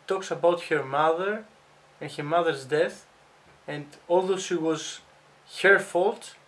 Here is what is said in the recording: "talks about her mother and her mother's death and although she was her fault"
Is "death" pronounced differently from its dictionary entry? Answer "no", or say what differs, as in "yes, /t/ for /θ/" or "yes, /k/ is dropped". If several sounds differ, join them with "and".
no